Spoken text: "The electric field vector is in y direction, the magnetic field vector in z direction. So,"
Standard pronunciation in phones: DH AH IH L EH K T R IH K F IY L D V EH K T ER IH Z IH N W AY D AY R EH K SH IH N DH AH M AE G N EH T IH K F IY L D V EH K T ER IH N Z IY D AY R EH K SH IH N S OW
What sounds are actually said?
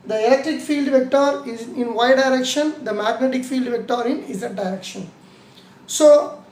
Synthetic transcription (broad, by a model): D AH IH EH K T IH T F IY L D V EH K T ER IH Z IH N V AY D AY R EH K SH IH N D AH M AE G N EH T IH K F IY L D V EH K T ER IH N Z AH D AY R EH K SH IH N S OW